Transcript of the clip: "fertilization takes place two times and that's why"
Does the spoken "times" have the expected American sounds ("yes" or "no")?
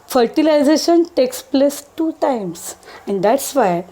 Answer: no